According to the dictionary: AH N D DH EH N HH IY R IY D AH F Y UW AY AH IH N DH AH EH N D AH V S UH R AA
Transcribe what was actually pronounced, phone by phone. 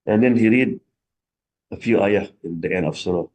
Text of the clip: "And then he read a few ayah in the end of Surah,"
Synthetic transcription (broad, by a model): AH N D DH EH N HH IY R IY D AH F Y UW AY AH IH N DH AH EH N AH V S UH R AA